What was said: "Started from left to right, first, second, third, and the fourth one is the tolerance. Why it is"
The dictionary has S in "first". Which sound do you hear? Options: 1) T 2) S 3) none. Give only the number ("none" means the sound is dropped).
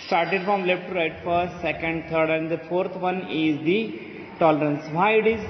3